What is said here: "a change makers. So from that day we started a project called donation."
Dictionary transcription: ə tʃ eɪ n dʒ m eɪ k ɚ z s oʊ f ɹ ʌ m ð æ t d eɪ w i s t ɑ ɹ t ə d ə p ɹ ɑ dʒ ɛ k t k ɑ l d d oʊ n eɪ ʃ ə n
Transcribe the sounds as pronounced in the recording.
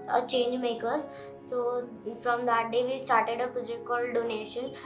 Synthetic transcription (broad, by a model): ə tʃ eɪ n dʒ m eɪ k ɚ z s oʊ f ɹ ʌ m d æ t d eɪ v i s t ɑ ɹ t ə d ə p ɹ ɑ dʒ ɛ k t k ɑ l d d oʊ n eɪ ʃ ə n